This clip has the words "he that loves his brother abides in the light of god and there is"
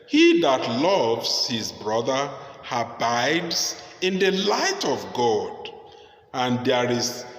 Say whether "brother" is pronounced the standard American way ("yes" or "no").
yes